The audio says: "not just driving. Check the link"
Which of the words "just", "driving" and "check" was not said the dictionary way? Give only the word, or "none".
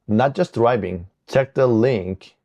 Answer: driving